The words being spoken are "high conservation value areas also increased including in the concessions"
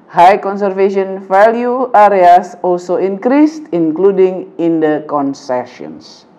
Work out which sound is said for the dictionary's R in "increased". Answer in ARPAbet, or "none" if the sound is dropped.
R